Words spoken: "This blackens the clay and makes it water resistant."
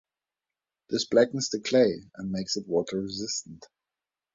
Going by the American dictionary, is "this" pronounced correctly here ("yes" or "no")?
yes